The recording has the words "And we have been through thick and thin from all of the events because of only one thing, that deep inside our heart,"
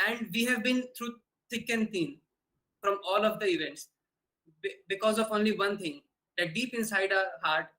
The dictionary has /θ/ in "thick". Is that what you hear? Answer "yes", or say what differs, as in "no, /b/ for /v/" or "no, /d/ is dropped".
no, /s/ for /θ/